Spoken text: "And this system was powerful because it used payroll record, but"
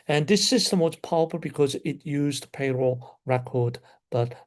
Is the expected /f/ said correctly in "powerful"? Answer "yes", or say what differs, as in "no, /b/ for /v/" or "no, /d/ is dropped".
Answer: no, /p/ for /f/